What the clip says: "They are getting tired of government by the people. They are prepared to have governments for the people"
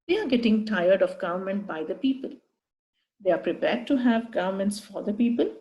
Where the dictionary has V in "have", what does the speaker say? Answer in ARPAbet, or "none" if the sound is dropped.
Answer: V